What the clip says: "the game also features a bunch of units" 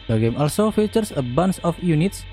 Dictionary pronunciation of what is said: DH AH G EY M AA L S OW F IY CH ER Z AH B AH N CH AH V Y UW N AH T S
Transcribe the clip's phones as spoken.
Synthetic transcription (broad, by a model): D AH G EY M AA L S OW F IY CH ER S AH B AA N S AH F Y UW N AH T S